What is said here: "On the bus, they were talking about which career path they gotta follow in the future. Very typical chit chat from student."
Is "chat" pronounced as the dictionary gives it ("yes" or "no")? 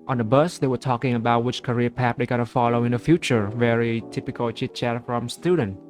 yes